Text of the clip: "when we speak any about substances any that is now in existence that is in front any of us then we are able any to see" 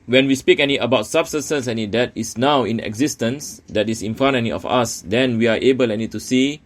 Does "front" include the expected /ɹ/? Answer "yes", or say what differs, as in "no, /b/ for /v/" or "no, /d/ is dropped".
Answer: no, /ɹ/ is dropped